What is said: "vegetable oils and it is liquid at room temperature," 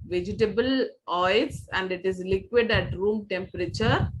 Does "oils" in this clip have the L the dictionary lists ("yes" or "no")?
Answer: no